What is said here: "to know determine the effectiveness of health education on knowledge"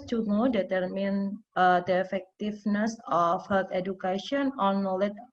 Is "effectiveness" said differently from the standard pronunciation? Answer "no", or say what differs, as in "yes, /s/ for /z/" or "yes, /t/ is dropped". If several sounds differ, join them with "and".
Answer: yes, /f/ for /v/